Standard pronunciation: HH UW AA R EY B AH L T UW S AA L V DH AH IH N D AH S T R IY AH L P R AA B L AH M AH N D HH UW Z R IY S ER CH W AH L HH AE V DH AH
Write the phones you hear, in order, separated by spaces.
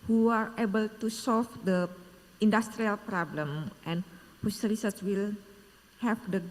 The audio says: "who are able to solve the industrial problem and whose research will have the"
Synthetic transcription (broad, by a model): HH UW AA R EY B AH L T UW S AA L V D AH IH N D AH S T R IY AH L P R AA B L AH M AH N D HH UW S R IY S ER S W AH L HH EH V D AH